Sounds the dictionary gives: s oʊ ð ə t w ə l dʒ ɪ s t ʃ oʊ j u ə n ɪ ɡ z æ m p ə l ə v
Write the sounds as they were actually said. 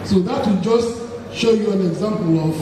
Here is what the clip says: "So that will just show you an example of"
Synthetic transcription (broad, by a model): s oʊ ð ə t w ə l dʒ ɪ s t ʃ oʊ j u ə n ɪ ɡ z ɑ m p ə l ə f